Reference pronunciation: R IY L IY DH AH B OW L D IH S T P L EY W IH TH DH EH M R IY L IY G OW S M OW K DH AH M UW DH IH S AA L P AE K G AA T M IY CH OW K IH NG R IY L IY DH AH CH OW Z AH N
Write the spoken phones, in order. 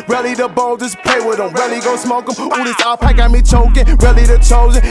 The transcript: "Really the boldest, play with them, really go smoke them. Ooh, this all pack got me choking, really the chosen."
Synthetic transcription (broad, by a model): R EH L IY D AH B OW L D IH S P EY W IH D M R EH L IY G OW S M OW K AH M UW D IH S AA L P AE K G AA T M IY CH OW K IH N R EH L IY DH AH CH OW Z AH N